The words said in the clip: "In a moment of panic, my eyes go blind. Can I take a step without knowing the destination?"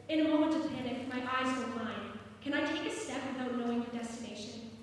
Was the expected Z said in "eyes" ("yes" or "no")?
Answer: yes